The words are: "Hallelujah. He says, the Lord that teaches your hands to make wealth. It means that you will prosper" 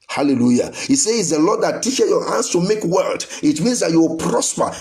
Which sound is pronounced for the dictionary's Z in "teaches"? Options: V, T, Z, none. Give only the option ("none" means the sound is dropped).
none